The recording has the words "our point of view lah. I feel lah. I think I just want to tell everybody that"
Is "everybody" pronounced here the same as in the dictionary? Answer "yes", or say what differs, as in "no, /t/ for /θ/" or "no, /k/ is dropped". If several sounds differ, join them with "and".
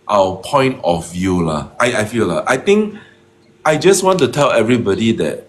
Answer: yes